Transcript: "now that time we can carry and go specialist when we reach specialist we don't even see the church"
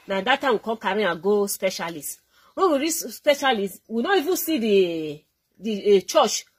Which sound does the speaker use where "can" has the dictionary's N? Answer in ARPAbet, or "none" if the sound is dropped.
L